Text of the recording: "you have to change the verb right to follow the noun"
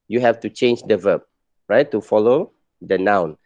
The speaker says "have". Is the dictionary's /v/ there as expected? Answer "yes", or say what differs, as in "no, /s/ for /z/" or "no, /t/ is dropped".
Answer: no, /f/ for /v/